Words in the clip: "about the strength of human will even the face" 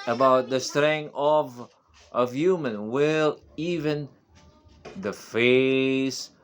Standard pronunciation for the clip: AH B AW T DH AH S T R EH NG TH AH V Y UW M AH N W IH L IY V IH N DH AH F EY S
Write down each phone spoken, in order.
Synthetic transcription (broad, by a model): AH B AW T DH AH S T R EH NG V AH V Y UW M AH N W IH L IY V IH N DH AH F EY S